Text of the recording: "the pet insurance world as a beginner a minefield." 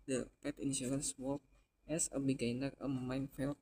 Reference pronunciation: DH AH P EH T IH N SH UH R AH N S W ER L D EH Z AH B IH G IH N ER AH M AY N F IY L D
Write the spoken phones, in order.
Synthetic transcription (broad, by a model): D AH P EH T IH N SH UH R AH N S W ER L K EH S AH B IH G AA N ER AH M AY N F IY L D